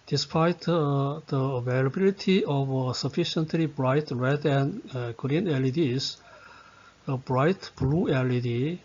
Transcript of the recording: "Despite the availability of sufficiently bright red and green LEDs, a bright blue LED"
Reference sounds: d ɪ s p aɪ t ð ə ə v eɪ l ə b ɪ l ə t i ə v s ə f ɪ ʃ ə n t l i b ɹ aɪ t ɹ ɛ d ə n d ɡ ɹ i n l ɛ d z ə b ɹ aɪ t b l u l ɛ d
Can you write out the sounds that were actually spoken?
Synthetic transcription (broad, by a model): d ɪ s p aɪ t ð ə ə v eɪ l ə b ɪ l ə t i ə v s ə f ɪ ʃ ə n t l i b ɹ aɪ t ɹ ɛ d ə n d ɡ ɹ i n l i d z ə b ɹ aɪ t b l u l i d